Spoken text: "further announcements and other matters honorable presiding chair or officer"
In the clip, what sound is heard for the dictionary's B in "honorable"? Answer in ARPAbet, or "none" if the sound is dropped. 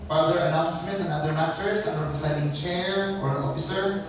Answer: none